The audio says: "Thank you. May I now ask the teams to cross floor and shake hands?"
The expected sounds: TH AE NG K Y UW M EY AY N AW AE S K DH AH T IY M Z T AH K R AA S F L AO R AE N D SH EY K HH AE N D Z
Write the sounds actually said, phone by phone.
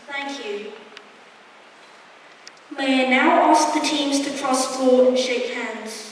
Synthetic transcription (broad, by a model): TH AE NG K Y UW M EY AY N AW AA S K DH AH T IY M Z T AH K R AA S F AO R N SH EY K HH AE N D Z